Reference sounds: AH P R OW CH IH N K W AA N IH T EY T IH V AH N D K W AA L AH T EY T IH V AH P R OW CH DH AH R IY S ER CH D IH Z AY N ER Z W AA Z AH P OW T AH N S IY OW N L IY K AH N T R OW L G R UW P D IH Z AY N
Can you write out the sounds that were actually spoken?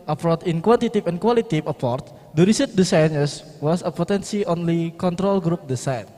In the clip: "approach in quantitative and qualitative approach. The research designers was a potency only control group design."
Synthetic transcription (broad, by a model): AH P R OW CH IH N K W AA N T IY T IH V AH N K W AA L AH T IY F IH P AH R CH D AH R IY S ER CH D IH S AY N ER S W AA S AH P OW T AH N S IY OW N L IY K AH N T R OW L G R UW P D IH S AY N